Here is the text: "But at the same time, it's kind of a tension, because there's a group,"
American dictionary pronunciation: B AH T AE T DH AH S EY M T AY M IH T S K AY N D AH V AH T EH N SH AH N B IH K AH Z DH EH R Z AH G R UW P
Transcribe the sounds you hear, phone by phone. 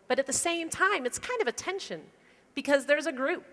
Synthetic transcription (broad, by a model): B AH T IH T DH AH S EY M T AY M IH T S K AY N D AH V AH T EH N SH AH N B IH K AH Z DH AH R Z AH G R UW P